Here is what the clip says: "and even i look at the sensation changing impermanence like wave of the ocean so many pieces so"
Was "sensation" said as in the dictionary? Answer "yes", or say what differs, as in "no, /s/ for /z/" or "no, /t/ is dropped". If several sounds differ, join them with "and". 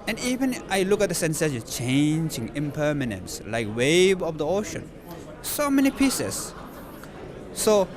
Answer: no, /s/ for /ʃ/